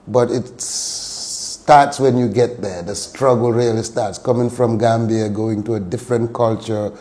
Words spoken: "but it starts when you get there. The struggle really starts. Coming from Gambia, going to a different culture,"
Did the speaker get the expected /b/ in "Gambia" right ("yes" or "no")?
yes